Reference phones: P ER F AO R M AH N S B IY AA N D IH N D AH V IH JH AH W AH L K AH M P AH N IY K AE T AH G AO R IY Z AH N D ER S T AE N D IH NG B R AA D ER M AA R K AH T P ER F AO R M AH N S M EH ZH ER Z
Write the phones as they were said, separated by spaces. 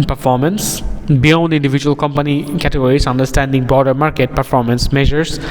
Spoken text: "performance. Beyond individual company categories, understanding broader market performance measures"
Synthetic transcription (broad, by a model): P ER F AO R M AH N S B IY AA N D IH N D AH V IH JH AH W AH L K AH M P AH N IY K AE T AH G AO R IY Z AH N D ER S T AE N D IH NG B R AA D ER M AA R K AH T P ER F AO R M AH N S M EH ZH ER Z